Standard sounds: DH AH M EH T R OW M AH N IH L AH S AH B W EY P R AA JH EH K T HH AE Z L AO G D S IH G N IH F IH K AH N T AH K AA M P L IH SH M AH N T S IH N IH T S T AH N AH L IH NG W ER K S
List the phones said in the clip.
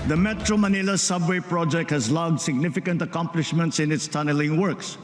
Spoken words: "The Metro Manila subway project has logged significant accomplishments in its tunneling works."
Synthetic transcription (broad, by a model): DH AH M EH T R OW M AH N IH L AH S AH B W EY P R AA JH EH K T HH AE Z L AO G D S IH G N IH F IH K AH N T AH K AA M P L IH SH M AH N T S IH N IH T S T AH N AH L IH NG W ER K S